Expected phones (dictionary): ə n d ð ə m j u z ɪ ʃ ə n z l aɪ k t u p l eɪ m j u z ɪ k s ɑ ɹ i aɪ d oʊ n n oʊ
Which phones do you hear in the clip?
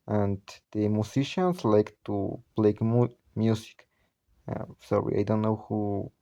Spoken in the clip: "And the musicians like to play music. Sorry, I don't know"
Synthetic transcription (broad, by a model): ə n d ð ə m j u s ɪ ʃ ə n s l aɪ k t u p l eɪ m j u s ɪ k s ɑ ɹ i aɪ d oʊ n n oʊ